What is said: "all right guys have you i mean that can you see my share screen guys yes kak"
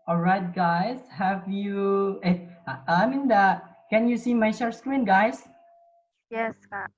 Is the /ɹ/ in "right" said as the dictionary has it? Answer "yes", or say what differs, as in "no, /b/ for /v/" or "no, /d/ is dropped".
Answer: yes